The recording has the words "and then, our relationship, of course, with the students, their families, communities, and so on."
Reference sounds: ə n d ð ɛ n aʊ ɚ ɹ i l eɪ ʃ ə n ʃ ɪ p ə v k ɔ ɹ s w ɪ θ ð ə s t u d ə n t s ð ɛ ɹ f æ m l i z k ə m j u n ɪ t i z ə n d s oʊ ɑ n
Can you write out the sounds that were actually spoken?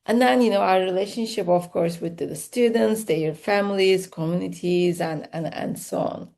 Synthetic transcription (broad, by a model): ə n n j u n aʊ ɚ ɹ i l eɪ ʃ ə n ʃ ɪ p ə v k ɔ ɹ s w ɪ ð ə s t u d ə n t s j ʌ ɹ f æ m l i z k ə m j u n ɪ t i z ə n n s oʊ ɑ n